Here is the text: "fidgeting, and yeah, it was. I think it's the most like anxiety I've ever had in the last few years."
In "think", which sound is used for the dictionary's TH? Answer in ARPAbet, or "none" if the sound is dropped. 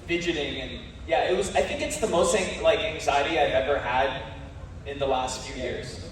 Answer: TH